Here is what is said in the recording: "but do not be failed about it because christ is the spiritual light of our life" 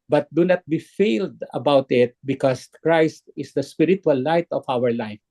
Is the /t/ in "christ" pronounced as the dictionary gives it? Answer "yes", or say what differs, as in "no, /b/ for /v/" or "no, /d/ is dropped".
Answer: yes